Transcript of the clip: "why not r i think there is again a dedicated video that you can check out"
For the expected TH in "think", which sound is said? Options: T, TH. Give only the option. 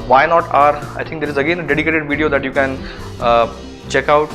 T